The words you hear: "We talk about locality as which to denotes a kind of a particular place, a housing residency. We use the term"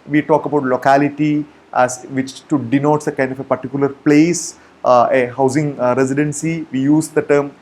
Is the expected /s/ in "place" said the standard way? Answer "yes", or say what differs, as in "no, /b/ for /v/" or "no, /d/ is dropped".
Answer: yes